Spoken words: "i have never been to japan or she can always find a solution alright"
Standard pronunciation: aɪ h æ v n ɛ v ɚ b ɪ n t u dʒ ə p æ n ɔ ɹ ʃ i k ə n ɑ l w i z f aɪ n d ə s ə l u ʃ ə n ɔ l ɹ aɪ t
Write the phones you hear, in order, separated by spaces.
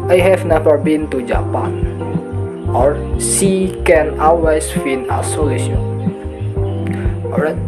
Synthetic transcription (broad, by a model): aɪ h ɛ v n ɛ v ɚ b ɪ n t u dʒ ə p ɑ n ɔ ɹ s i k ə n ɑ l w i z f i n ə s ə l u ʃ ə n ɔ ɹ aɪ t